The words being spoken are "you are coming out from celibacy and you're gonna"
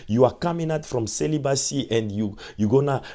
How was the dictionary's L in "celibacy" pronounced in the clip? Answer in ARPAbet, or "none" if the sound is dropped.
L